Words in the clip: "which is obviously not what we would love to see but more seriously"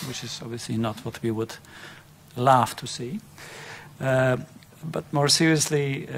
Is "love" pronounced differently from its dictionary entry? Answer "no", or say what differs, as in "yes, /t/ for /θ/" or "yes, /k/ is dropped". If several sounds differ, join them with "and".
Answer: yes, /f/ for /v/